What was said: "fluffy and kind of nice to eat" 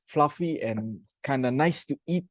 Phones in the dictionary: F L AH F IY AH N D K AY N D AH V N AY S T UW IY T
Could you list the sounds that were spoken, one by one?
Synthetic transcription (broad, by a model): F L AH F IY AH N K AY N D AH N AY S T UW IY T